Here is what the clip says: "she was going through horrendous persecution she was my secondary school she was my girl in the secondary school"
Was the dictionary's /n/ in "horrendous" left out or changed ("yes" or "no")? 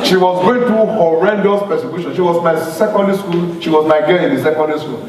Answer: no